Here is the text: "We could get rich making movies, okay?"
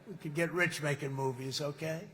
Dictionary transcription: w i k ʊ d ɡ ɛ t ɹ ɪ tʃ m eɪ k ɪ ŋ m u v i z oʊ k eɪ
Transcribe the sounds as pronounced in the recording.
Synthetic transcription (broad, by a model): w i k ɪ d ɡ ɛ t ɹ ɪ tʃ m eɪ k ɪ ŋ m u v i z oʊ k eɪ